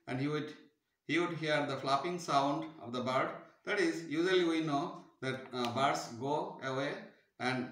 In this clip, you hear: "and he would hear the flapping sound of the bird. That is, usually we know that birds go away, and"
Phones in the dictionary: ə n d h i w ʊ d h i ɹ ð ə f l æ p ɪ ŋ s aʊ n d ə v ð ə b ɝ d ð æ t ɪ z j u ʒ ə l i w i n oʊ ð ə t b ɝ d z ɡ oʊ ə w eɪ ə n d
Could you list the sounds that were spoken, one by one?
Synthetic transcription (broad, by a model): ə n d h i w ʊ d h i ɹ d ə f l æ p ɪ ŋ s aʊ n d ə v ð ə b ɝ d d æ t ɪ z j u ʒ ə l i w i n oʊ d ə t b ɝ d s ɡ oʊ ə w eɪ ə n d